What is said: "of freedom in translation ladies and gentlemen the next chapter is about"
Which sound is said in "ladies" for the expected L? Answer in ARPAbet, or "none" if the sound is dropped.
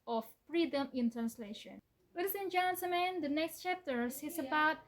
W